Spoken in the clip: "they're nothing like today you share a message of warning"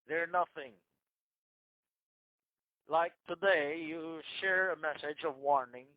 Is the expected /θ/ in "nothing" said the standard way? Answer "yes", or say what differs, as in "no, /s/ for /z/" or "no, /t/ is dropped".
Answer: yes